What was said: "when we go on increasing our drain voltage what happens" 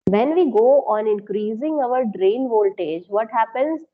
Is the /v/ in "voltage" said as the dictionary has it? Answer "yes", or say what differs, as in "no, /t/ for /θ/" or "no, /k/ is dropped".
yes